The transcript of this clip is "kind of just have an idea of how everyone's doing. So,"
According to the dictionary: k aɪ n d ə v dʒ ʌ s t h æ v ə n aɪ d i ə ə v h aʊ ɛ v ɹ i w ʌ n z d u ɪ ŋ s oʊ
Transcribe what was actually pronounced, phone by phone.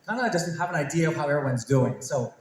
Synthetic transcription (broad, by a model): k aɪ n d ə dʒ ʌ s t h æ v ə n aɪ d i ə ə v h aʊ ɛ v ɹ i w ʌ n z d u ɪ ŋ s oʊ